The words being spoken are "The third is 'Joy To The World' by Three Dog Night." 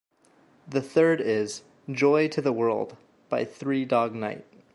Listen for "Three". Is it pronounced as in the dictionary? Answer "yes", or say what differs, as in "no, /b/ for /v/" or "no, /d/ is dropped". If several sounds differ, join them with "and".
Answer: yes